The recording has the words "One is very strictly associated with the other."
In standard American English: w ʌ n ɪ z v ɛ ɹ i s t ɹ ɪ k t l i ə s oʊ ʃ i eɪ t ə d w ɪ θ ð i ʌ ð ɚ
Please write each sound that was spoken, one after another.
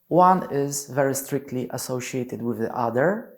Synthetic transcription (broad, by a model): w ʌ n ɪ z v ɛ ɹ i s t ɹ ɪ k t l i ə s oʊ ʃ i eɪ t ə d w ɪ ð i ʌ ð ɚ